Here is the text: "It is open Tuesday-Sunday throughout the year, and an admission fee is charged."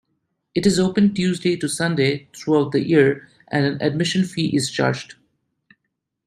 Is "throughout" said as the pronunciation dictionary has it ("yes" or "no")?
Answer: no